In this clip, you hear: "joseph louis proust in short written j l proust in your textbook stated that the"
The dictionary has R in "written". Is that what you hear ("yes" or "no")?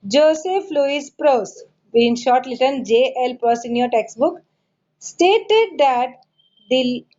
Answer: no